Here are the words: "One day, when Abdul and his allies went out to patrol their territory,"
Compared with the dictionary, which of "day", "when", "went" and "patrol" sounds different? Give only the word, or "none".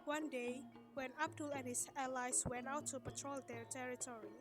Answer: none